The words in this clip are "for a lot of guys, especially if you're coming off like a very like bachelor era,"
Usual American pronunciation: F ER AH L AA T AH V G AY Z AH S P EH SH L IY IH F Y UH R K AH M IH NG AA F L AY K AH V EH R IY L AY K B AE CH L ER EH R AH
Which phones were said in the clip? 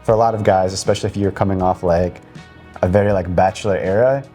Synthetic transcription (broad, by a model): F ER AH L AA T AH V G AY Z AH S P EH SH L IY IH F Y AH R K AH M IH NG AA F L AY K AH V EH R IY L AY K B AE CH L ER EH R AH